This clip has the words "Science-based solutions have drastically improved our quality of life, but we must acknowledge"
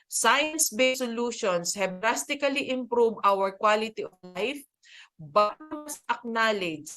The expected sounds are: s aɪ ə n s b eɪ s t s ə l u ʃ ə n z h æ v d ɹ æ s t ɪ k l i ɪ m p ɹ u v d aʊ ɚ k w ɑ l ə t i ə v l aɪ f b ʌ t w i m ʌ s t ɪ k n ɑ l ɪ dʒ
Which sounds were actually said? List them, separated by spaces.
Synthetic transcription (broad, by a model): s aɪ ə n s b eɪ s s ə l u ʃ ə n s h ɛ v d ɹ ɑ s t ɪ k l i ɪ m p ɹ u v aʊ ɚ k w ɑ l ə t i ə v l aɪ f b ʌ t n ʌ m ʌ s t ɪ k n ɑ l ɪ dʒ